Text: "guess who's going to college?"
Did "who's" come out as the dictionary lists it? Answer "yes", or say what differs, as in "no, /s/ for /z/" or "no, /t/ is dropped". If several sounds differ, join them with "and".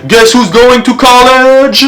yes